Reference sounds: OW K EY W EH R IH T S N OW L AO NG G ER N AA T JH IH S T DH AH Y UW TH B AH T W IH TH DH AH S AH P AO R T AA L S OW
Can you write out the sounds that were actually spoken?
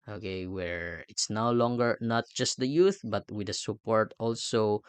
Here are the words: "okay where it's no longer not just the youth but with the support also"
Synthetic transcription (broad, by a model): OW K EY W EH R IH T S N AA L AO NG G ER N AA T JH IH S T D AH Y UW TH B AH T W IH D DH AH S AH P AO R T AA L S OW